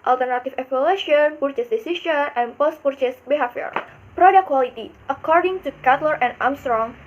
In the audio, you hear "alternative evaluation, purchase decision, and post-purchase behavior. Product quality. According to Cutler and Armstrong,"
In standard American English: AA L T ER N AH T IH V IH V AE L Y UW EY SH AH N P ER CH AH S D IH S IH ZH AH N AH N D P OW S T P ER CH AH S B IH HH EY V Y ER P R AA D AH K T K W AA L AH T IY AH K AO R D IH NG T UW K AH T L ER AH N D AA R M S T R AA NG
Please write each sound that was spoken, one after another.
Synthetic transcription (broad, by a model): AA L T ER N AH T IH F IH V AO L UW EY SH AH N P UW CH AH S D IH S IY SH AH N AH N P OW S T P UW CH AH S B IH HH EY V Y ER P R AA D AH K K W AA L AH T IY AH K AO R D IH NG T UW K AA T L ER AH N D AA M S T R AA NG